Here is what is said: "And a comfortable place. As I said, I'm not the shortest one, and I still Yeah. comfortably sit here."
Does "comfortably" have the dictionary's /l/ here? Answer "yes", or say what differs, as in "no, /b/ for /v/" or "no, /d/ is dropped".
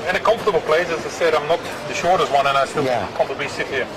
no, /l/ is dropped